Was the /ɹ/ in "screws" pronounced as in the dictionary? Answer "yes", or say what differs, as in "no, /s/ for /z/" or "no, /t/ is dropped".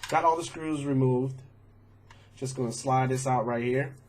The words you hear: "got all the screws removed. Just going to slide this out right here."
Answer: yes